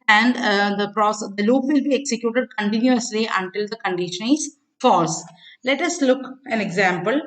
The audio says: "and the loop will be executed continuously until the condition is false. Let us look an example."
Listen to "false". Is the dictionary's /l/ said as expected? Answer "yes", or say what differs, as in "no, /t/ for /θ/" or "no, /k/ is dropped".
no, /l/ is dropped